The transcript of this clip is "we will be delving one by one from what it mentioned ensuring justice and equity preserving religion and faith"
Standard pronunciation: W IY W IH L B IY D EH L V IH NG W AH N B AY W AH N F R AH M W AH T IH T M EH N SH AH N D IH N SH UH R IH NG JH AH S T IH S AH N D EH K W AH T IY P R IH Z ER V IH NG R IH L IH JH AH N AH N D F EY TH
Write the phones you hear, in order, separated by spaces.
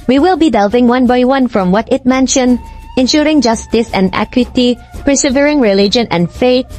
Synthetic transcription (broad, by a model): W IY W IH L B IY D EH L V IH NG W AH N B AY W AH N F R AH M W AH T IH T M EH N SH AH N D IH N SH UH R IH NG JH AH S T IH S AH N D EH K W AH T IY P R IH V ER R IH NG R IH L IH JH AH N AH N D F EY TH